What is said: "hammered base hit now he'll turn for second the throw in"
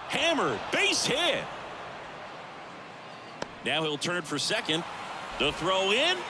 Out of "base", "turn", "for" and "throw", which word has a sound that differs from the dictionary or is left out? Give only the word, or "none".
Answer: none